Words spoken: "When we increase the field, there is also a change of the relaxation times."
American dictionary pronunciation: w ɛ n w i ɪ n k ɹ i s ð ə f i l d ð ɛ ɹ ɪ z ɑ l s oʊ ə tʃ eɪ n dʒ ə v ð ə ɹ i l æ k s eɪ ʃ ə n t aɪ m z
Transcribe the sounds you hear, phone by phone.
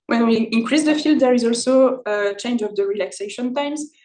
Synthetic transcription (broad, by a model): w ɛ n w i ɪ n k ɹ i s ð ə f i l d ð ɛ ɹ ɪ z ɑ l s oʊ ə tʃ eɪ n dʒ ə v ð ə ɹ i l æ k s eɪ ʃ ə n t aɪ m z